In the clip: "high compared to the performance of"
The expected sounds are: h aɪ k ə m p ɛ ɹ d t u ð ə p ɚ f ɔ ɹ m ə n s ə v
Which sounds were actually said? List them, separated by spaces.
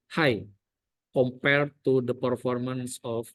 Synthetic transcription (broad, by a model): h aɪ k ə m p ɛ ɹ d t u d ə p ɚ f ɔ ɹ m ə n s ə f